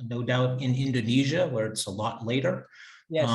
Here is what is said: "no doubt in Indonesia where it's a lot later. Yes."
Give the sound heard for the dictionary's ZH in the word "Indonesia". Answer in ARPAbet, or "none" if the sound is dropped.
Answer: ZH